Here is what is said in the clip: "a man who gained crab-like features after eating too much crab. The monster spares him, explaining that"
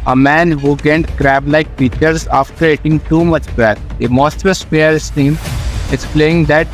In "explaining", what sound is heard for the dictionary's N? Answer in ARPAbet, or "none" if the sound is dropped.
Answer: none